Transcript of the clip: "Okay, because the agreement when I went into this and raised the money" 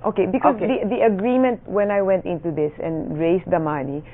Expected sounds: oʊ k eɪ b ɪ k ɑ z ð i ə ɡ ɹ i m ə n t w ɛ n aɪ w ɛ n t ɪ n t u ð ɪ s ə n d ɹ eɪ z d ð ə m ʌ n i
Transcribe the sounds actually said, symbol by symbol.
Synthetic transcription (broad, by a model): oʊ k eɪ b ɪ k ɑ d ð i ə ɡ ɹ i m ə n t w ɛ n aɪ w ɛ n t ɪ n t u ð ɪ s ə n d ɹ eɪ s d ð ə m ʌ n i